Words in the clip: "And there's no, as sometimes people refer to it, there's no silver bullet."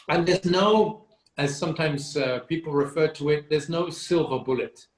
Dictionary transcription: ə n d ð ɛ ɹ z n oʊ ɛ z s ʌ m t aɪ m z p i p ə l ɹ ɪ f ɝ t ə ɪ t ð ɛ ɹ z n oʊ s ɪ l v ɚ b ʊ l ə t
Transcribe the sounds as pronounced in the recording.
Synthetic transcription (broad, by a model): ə n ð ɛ ɹ z n oʊ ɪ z s ʌ m t aɪ m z p i p l ɹ ɪ f ɝ t ə ɪ t ð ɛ ɹ z n oʊ s ɪ l v ɚ b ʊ l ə t